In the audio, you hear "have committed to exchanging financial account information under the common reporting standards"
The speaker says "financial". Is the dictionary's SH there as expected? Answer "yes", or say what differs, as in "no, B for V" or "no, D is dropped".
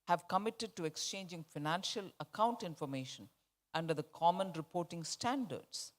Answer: yes